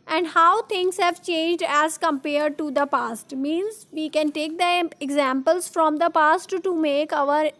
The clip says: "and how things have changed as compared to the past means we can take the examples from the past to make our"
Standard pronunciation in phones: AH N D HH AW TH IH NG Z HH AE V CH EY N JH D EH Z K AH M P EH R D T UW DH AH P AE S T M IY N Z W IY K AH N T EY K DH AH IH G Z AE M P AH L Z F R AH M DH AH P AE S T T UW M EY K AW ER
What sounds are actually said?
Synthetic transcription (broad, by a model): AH N D HH AW T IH NG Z HH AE V CH EY N JH D EH Z K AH M P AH R D T UW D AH P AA S T M IY N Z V IY K AH N T EY K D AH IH G Z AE M P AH L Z F R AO M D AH P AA S T T UW M EY K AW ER